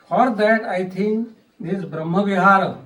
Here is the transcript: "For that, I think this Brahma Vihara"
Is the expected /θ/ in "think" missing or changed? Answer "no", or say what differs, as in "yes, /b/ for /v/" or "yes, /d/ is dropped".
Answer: yes, /t/ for /θ/